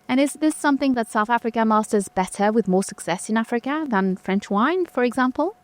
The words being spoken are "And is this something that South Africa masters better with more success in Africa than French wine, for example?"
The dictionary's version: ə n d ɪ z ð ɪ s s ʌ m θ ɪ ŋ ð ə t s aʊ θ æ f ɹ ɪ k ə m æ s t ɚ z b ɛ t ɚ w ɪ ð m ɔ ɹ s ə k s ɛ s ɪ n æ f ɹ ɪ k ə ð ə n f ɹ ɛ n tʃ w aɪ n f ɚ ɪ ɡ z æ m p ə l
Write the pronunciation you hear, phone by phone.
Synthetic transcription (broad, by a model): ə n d ɪ z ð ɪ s s ʌ m θ ɪ ŋ ð ə t s aʊ θ æ f ɹ ɪ k ə m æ s t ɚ z b ɛ t ɚ w ɪ ð m ɔ ɹ s ə k s ɛ s ɪ n æ f ɹ ɪ k ə ð ə n f ɹ ɛ n tʃ w aɪ n f ɚ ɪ ɡ z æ m p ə l